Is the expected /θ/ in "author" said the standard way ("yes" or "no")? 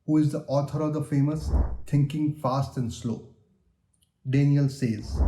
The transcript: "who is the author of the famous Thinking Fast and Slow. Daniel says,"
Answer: no